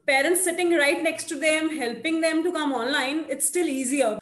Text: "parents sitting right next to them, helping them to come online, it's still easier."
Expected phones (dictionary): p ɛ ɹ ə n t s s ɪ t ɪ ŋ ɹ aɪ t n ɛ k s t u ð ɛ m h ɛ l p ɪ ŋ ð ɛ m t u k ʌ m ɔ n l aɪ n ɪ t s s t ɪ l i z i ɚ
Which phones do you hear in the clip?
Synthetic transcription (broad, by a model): p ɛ ɹ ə n t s s ɪ t ɪ ŋ ɹ aɪ t n ɛ k s t u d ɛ m h ɛ l p ɪ ŋ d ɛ m t u k ʌ m ɔ n l aɪ n ɪ t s s t ɪ l i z i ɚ